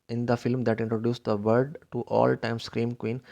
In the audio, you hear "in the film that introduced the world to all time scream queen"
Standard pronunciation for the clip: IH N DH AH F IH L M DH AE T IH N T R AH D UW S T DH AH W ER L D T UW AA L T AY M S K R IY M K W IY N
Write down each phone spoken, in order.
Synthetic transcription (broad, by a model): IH N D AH F IH L M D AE T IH N T R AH D UW S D AH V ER D T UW AA L T AY M S K R IY M K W IY N